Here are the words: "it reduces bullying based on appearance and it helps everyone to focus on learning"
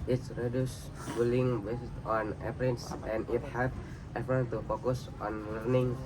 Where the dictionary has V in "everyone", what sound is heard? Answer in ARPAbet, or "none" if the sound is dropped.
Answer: F